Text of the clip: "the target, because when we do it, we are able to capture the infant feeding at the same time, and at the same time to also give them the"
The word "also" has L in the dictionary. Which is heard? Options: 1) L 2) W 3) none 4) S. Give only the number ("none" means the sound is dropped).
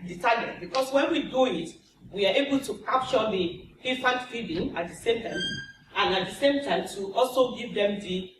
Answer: 1